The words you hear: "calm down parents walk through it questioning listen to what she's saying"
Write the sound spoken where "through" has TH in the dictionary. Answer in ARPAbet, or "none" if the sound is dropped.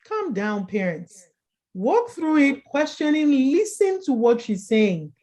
TH